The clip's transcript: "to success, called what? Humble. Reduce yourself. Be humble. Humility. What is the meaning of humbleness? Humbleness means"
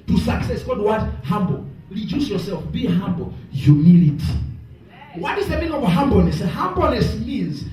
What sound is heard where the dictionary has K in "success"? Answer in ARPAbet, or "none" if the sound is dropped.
K